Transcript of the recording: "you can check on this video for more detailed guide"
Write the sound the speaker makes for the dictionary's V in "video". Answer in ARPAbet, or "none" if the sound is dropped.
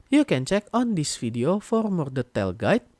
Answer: F